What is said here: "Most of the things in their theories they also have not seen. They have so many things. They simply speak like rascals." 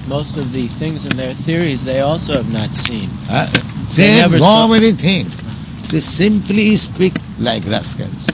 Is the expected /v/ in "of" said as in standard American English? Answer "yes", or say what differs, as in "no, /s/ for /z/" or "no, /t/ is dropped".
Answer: yes